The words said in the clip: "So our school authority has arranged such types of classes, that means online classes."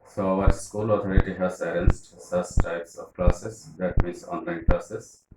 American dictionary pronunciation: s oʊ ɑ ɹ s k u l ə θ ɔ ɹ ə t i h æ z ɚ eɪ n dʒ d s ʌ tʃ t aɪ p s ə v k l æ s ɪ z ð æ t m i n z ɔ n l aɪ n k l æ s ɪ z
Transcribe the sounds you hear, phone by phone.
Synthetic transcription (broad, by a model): s oʊ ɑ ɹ s k u l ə t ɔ ɹ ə t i h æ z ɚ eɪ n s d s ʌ s t aɪ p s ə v k l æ s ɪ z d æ t m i n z ɔ n l aɪ n k l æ s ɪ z